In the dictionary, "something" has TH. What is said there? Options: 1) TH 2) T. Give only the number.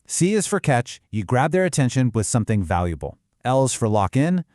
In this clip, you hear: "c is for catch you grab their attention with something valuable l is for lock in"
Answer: 1